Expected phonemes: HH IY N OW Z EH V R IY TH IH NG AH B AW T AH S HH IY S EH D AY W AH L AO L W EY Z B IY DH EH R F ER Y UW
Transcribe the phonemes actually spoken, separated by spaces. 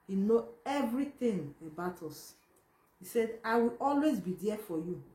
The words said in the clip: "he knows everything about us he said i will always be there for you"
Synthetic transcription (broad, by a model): HH IY N OW EH V R IY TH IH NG AH B AW T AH S HH IY S EH D AY W AH L AO L W EY Z B IY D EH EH F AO Y UW